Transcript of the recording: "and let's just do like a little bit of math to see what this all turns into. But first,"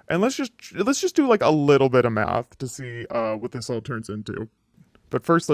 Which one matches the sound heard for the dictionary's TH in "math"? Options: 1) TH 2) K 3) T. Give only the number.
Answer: 1